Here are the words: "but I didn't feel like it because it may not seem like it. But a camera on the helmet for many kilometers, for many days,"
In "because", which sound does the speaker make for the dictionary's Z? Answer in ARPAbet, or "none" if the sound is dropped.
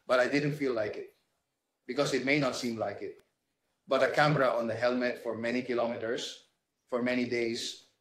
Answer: S